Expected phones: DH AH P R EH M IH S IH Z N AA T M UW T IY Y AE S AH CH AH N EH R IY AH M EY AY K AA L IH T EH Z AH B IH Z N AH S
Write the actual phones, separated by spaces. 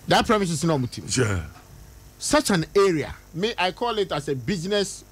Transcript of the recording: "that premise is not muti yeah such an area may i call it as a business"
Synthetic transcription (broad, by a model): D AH P R EH M IH S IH S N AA M UW T IY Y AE S AH CH AH N EH R IY AH M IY AY K AA L IH T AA S AH B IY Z N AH S